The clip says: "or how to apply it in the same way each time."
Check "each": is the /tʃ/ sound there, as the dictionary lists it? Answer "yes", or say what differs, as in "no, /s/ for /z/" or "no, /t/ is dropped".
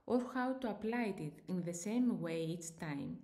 no, /s/ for /tʃ/